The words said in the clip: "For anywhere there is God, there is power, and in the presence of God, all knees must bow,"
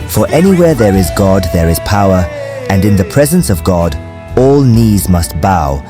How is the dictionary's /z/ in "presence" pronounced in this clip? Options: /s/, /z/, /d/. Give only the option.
/z/